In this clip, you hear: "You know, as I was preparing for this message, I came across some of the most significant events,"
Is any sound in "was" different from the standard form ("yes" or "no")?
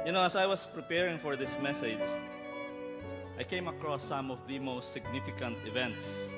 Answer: yes